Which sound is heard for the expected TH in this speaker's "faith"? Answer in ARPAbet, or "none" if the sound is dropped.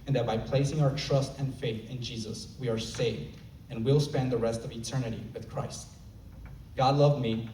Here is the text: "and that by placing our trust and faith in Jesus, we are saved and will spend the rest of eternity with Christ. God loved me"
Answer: TH